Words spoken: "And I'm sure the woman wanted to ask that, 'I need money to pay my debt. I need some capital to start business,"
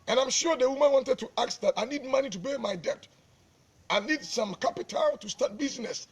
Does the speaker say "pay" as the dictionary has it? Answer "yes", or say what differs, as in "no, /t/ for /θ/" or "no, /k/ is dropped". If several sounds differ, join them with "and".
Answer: no, /b/ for /p/